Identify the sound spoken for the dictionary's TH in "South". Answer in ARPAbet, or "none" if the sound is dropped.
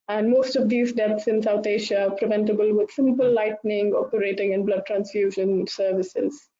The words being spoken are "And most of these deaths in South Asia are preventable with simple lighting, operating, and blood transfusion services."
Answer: T